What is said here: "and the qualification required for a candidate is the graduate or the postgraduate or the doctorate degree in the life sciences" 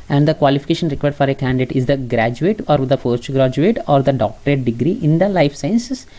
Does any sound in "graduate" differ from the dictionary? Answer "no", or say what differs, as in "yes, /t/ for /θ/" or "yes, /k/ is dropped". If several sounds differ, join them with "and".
no